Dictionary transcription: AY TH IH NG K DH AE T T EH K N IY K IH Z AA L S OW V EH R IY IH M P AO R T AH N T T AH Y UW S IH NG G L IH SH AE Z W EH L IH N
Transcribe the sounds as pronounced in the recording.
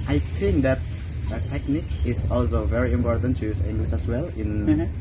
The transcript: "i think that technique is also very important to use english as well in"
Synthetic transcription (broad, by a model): AY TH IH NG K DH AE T T EH K N IY K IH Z AA L S OW V EH R IY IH M P AO R T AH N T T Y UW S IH NG G L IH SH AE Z W EH L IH N